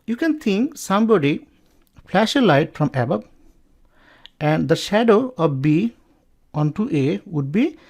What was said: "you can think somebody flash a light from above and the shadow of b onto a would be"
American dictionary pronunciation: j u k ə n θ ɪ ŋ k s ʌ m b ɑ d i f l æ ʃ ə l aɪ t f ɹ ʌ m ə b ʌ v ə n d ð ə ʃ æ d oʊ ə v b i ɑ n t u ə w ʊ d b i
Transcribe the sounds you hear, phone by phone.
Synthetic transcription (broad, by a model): j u k ə n t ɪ ŋ k s ʌ m b ɑ d i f l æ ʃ ə l aɪ t f ɹ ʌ m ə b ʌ b ə n d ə ʃ æ d oʊ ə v b i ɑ n t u ə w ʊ d b i